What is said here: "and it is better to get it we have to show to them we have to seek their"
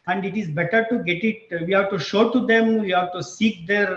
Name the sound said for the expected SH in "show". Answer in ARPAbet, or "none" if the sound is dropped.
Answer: SH